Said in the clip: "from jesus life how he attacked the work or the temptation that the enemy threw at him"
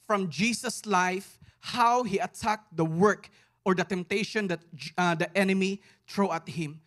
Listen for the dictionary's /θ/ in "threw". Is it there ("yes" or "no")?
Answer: no